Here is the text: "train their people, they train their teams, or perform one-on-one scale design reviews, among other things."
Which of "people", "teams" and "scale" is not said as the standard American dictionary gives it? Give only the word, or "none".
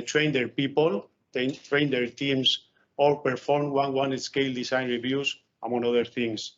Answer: teams